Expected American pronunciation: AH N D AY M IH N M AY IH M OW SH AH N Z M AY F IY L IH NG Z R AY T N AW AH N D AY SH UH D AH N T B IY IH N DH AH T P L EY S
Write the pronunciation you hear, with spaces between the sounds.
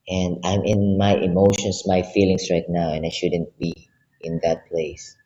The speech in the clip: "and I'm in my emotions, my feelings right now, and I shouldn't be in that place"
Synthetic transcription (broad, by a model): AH N D AY M IH N M AY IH M OW SH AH N S M AY F IY L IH NG S R AY T N AW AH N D AY SH UH D AH N T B IY IH N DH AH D P L EY S